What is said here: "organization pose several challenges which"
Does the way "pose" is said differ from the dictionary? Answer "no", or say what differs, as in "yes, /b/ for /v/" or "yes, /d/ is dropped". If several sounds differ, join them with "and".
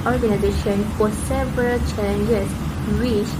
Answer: yes, /f/ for /p/